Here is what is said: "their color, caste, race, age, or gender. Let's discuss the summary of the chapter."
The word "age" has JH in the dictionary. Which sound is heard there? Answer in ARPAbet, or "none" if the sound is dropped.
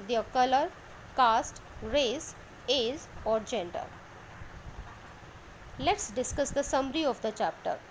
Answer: Z